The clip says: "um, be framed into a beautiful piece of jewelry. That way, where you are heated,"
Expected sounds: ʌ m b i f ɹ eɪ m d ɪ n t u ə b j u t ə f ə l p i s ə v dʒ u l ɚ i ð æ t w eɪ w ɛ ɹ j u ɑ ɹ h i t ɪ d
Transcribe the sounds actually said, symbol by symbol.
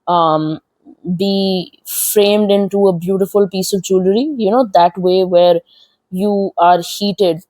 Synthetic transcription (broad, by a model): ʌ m b i f ɹ eɪ m d ɪ n t u ə b j u t ə f ə l p i s ə v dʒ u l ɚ i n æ t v eɪ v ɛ ɹ j u ɑ ɹ h i t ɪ d